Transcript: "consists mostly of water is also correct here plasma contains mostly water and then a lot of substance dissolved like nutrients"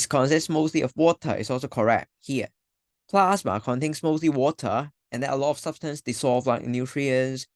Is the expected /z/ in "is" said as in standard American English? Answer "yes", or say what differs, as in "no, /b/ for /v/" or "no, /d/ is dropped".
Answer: no, /s/ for /z/